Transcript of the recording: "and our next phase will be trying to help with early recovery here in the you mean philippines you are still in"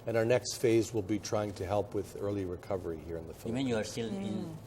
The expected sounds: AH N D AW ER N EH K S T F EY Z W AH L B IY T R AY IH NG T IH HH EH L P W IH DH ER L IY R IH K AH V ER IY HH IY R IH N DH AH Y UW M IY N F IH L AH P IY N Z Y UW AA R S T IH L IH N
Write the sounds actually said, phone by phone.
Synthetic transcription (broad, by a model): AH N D AW ER N EH K S T F EY Z W AH L B IY T R AY IH NG T IH HH EH L P W IH DH ER L IY R IH K AH V ER IY HH IY R IH N DH AH F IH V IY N Y UW AA R S T IH L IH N